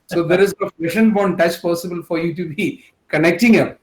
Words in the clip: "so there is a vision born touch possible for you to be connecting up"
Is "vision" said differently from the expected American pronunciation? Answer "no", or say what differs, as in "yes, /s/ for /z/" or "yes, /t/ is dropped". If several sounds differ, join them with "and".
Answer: yes, /p/ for /v/ and /ʃ/ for /ʒ/